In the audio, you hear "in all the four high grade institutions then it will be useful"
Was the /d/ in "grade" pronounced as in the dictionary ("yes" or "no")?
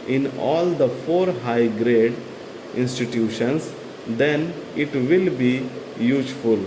yes